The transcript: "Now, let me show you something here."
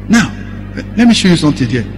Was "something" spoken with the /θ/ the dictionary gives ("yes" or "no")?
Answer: no